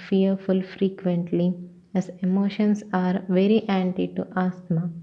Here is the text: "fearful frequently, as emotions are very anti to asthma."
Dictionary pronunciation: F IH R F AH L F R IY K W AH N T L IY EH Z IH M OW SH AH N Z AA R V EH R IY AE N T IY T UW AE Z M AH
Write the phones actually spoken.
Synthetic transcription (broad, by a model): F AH R F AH L F R IY K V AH N T L IY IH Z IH M OW SH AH N S AA R V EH R IY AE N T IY T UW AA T M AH